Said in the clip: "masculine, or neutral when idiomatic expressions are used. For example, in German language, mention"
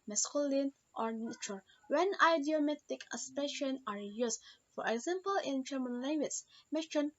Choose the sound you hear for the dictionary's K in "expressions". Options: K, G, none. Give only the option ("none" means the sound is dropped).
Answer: none